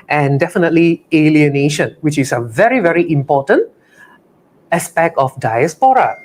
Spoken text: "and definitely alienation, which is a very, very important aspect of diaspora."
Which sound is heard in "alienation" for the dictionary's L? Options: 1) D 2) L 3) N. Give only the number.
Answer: 2